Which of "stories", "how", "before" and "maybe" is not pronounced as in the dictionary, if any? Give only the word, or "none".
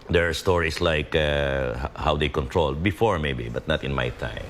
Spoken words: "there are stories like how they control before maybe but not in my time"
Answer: stories